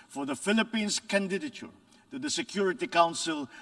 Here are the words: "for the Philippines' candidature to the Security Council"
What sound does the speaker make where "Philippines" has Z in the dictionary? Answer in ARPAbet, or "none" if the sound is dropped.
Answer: S